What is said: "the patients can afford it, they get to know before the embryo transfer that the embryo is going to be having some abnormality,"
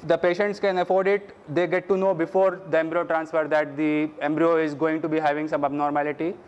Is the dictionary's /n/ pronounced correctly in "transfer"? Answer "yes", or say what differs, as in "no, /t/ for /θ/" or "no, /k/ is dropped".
yes